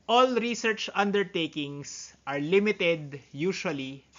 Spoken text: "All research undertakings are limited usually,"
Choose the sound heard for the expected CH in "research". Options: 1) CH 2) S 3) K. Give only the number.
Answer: 1